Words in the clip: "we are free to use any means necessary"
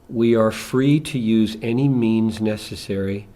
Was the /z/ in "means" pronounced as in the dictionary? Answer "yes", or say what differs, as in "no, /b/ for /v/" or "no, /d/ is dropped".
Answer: yes